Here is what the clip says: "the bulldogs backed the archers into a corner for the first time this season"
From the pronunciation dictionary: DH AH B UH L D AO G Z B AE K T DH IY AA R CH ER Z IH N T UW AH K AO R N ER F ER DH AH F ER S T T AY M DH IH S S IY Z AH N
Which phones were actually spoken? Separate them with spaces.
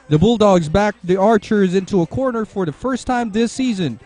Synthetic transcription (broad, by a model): DH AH B UH L D AO G Z B AE K DH IY AA R CH ER Z IH N T UW AH K AO R N ER F ER DH AH F ER S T T AY M DH IH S S IY Z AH N